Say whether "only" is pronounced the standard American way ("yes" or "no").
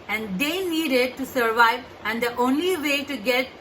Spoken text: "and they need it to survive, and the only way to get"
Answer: yes